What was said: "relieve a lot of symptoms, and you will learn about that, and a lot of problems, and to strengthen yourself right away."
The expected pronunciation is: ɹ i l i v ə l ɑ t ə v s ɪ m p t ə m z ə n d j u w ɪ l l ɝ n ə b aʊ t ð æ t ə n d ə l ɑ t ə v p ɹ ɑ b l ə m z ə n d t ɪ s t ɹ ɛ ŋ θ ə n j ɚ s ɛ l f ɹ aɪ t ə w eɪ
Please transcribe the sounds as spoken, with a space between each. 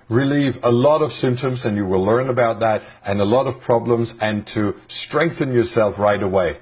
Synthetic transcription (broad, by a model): ɹ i l i v ə l ɑ t ə v s ɪ m p t ə m z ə n j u w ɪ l l ɝ n ə b aʊ t ð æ t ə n ə l ɑ t ə v p ɹ ɑ b l ə m z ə n t ɪ s t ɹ ɛ ŋ θ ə n j ɚ s ɛ l f ɹ aɪ t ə w eɪ